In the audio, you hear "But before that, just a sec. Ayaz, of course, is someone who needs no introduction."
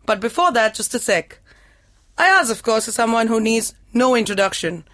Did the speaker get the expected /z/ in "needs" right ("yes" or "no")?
yes